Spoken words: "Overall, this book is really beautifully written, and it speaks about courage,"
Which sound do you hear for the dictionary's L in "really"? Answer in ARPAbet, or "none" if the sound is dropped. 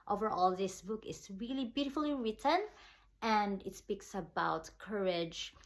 L